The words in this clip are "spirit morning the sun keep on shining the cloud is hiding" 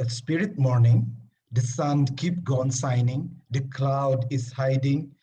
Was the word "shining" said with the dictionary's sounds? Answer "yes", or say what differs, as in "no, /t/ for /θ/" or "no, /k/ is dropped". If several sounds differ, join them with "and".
no, /s/ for /ʃ/